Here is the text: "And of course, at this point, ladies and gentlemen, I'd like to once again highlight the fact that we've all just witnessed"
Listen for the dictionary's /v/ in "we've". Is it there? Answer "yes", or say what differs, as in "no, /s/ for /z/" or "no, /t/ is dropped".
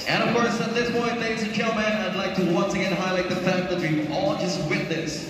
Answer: no, /v/ is dropped